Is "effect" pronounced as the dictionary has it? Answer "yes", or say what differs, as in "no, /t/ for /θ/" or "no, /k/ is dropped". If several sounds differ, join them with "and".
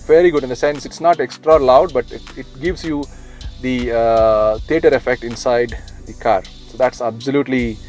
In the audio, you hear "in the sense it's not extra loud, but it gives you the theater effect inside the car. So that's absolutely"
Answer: yes